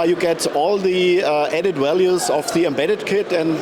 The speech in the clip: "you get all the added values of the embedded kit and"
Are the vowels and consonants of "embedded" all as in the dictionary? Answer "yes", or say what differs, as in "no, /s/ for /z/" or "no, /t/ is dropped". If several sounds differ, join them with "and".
yes